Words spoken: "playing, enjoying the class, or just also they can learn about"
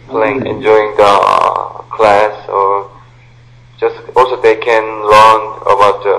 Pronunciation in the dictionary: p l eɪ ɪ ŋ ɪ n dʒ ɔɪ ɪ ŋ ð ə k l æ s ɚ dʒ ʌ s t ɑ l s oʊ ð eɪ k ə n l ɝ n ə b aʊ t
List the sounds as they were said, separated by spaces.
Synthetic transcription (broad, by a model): p l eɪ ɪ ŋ ɪ n dʒ ɔɪ ɪ ŋ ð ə k l æ s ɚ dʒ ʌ s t ɑ l s oʊ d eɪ k ə n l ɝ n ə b aʊ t